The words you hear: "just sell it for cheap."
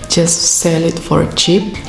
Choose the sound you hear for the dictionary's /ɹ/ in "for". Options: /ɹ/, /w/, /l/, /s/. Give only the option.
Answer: /ɹ/